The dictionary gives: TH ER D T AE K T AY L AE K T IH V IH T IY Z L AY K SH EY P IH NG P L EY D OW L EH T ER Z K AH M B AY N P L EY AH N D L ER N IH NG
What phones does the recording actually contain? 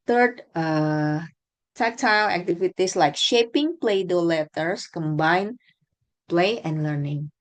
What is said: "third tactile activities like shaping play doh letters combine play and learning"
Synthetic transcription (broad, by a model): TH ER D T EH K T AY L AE K T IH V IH T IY S L AY K SH EY P IH NG P L EY D OW L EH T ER S K AH M B AY N P L EY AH N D L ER N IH NG